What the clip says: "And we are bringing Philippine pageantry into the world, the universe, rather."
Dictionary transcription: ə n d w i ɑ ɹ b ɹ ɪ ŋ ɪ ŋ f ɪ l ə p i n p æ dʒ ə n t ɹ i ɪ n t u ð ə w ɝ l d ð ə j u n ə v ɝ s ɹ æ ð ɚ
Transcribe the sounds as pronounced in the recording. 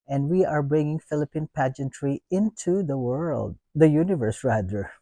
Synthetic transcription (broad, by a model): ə n d w i ɑ ɹ b ɹ ɪ ŋ ɪ ŋ f ɪ l ə p i n p æ dʒ ə n t ɹ i ɪ n t u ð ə w ɝ l d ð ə j u n ə v ɝ s ɹ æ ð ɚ